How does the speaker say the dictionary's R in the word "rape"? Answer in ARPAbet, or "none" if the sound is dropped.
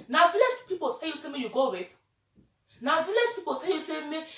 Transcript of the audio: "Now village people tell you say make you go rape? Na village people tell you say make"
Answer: W